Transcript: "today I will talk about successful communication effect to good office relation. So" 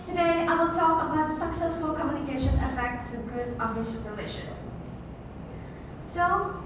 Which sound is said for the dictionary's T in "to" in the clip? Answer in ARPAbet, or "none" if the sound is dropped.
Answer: S